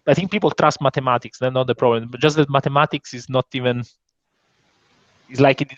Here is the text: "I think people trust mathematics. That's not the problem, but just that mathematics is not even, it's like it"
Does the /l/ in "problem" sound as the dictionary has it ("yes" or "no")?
yes